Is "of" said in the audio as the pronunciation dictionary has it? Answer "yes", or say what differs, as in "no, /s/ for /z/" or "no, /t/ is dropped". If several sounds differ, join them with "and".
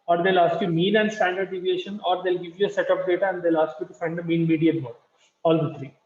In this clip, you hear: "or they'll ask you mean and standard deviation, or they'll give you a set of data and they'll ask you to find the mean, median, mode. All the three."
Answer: no, /p/ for /v/